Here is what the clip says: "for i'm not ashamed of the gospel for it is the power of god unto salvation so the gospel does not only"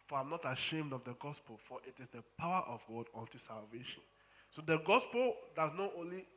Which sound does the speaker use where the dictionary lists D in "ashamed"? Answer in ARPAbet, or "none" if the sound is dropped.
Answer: D